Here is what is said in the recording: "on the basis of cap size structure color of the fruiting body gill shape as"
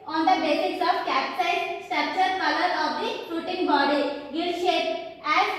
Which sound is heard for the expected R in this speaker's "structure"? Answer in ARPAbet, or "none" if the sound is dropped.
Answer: none